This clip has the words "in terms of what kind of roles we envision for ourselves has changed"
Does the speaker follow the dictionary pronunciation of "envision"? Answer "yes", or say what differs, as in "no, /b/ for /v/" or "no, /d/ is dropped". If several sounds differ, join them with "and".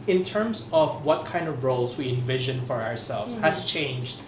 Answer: yes